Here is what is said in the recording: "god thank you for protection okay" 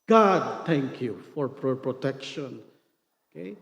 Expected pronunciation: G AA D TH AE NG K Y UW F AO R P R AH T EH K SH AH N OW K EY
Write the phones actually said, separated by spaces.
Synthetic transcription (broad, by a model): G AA D T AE NG K Y UW F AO R P R AH T EH K SH AH N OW K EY